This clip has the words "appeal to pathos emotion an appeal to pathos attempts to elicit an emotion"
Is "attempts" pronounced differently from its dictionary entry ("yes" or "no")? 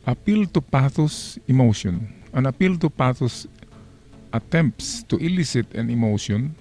no